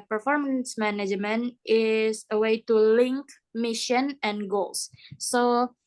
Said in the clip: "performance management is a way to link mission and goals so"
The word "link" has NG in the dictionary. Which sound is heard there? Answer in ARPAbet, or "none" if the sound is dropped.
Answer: NG